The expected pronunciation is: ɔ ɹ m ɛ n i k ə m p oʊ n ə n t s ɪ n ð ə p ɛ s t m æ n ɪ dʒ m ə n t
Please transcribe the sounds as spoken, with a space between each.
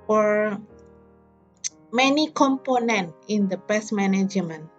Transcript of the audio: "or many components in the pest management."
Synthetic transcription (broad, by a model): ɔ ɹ m ɛ n i k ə m p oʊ n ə n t ɪ n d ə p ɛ s m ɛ n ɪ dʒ m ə n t